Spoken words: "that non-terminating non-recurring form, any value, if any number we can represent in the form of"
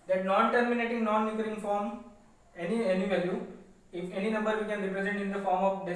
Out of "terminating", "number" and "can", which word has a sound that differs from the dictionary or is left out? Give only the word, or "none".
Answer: none